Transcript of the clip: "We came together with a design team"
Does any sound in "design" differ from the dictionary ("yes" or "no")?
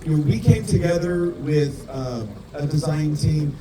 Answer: no